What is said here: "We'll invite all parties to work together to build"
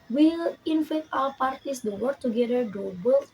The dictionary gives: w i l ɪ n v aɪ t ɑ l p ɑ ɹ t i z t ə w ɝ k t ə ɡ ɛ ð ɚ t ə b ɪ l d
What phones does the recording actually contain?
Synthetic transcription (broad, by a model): w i l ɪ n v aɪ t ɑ w p ɑ ɹ t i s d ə w ɝ k t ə ɡ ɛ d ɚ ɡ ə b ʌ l